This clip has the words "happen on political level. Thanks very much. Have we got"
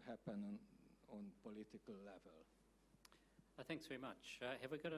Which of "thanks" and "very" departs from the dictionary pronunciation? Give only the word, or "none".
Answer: none